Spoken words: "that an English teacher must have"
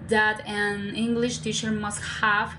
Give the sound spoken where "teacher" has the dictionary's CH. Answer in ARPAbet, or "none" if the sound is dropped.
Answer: CH